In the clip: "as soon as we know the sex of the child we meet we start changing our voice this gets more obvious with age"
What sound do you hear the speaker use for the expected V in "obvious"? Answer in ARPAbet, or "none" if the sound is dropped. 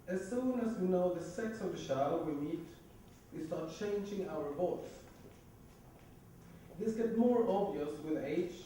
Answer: V